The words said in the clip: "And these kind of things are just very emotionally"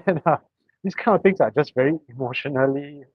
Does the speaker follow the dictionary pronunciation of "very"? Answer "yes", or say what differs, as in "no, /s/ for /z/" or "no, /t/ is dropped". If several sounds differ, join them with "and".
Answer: yes